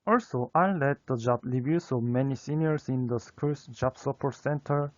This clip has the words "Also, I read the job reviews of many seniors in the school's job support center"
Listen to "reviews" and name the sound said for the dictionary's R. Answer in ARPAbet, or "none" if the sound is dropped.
L